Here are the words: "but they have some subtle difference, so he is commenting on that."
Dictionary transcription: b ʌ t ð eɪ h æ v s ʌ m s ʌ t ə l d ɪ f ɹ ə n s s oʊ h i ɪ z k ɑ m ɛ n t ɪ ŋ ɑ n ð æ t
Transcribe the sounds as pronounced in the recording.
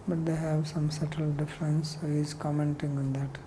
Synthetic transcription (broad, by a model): b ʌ t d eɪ h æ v s ʌ m s ʌ t ə l d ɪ f ɹ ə n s s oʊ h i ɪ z k ɑ m ɛ n t ɪ ŋ ɑ n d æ t